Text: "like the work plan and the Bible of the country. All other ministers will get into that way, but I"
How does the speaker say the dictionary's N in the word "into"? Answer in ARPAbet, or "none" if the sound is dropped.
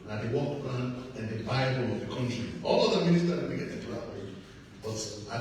none